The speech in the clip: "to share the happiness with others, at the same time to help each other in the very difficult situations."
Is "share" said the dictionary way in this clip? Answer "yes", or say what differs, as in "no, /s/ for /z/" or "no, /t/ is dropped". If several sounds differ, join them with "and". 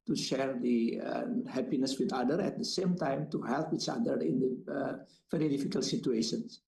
yes